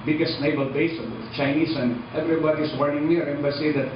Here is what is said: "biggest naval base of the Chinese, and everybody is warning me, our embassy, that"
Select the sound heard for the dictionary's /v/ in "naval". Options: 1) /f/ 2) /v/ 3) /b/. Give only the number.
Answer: 3